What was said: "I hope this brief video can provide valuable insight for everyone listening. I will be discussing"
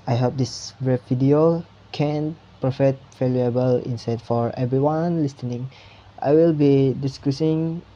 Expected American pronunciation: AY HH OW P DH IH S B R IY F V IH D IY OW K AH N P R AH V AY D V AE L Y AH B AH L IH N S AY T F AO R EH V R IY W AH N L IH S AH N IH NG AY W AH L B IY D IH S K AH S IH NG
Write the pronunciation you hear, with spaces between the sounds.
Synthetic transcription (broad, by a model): AY HH OW P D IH S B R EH P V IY D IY OW K AH N P R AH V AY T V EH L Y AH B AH L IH N S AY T F AO R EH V R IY W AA N L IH S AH N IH NG AY W AH L B IY D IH S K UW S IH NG